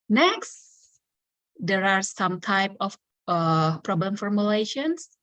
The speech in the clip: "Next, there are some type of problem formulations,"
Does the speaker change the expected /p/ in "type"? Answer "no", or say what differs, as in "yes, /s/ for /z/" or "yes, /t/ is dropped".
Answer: no